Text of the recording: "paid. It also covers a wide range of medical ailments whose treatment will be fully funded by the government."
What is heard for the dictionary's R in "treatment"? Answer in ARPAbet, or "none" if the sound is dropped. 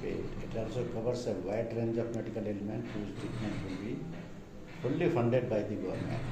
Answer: none